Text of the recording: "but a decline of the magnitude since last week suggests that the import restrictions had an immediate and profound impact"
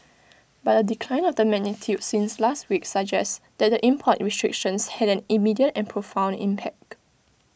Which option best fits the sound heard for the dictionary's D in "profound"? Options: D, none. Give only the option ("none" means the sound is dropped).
none